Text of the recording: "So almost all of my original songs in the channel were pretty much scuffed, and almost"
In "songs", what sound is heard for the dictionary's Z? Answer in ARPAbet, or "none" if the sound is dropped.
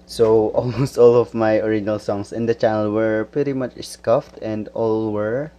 S